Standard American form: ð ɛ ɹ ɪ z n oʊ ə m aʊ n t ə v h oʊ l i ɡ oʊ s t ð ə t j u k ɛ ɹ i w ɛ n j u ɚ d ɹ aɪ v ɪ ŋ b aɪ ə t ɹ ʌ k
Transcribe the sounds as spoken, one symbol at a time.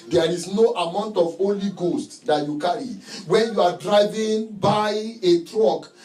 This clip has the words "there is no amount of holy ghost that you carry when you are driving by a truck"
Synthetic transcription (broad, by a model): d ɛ ɹ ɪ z n oʊ ə m aʊ n t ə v oʊ l i ɡ oʊ s t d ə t j u k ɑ ɹ i w ɛ n j u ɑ d ɹ aɪ v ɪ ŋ b aɪ ə t ɹ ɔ k